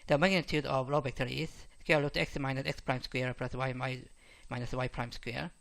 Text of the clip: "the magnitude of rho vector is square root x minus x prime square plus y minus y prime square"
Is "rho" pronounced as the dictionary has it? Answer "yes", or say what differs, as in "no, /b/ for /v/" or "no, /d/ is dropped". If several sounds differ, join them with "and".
no, /l/ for /ɹ/